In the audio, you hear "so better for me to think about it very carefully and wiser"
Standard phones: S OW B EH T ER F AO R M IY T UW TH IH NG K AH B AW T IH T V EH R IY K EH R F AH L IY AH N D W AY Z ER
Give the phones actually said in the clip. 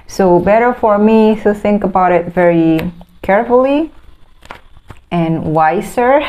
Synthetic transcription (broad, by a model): S OW B EH T ER F AO R M IY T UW TH IH NG K AH B AW T IH T V EH R IY K EH R F AH L IY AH N W AY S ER